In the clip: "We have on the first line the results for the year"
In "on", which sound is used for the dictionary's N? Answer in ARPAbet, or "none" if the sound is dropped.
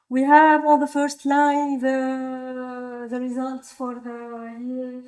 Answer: L